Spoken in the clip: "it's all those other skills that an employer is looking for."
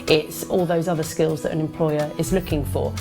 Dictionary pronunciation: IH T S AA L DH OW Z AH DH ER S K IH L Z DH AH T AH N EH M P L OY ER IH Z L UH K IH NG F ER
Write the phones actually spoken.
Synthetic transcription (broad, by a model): IH T S AA L DH OW Z AH DH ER S K IH L Z DH AH T AH N EH M P L OY ER IH Z L UH K IH NG F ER